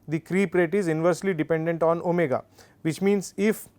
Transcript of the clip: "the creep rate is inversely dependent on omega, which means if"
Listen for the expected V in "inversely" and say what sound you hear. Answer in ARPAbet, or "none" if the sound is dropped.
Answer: V